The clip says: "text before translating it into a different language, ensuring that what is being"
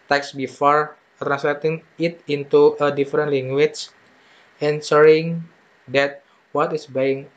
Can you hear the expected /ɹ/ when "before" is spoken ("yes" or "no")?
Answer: yes